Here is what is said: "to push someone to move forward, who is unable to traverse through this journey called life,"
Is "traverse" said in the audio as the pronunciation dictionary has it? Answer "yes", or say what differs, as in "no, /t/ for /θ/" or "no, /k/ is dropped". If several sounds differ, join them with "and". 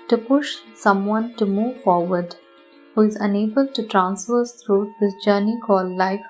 no, /f/ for /v/